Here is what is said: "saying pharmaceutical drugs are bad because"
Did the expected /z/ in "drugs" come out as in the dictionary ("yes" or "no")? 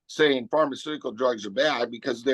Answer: yes